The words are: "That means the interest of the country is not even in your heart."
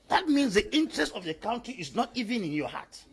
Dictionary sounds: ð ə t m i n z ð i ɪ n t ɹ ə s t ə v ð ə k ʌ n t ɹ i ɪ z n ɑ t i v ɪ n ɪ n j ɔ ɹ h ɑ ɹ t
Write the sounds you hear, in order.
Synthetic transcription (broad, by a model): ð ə t m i n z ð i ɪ n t ɹ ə s t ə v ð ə k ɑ n t i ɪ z n ɑ t i v ɪ n ɪ n j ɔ h ɑ t